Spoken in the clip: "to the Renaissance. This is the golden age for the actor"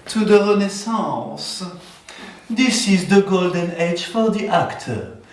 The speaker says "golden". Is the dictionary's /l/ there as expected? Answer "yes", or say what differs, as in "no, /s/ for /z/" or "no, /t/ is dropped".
yes